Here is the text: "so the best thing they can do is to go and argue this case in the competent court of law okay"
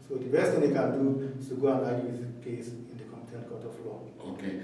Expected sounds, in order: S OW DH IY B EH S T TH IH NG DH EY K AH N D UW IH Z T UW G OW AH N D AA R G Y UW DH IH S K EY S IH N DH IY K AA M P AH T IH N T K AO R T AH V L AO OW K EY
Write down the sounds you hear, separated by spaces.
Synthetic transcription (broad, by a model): S OW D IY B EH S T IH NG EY K AH N D UW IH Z T UW G OW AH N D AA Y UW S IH K EY S IH N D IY K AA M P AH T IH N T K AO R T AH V L AO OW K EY